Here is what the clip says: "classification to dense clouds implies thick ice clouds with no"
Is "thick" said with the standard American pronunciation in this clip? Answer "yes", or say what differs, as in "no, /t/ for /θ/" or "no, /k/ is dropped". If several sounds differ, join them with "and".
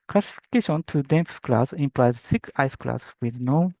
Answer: no, /s/ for /θ/